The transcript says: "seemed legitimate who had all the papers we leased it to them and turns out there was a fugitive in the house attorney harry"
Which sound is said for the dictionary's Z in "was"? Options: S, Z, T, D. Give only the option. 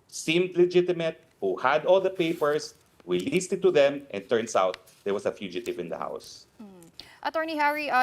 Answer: S